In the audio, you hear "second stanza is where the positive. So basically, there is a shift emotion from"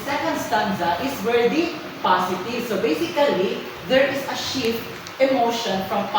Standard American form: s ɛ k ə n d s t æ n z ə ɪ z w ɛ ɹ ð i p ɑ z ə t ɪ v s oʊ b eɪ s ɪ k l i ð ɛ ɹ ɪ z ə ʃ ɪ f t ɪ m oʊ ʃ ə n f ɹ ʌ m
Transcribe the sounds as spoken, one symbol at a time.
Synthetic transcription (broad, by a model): s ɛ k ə n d s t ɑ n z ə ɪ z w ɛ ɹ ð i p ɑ s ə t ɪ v s oʊ b eɪ s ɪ k l i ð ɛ ɹ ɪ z ə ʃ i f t ɪ m oʊ ʃ ə n f ɹ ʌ m